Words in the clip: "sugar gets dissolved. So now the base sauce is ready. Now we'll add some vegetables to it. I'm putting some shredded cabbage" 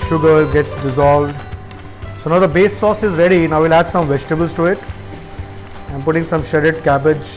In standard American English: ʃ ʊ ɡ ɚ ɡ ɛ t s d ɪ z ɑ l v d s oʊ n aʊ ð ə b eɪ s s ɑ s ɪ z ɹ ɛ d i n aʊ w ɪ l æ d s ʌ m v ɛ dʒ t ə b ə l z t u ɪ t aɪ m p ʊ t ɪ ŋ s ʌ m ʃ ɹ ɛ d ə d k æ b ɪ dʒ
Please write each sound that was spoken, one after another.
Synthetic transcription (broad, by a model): ʃ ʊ ɡ ɚ ɡ ɛ t s d ɪ z ɑ l v d s oʊ n aʊ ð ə b eɪ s s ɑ s ɪ z ɹ ɛ d i n aʊ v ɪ l æ d s ʌ m v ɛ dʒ t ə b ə l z t u ɪ t aɪ m p ʊ t ɪ ŋ s ʌ m ʃ ɛ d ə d k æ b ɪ dʒ